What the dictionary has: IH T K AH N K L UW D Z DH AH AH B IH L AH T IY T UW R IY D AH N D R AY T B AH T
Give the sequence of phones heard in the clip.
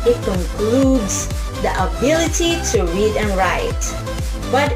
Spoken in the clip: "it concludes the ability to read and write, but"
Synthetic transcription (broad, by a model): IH T K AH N K L UW D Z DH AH AH B IH L AH T IY T UW R IY D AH N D R AY T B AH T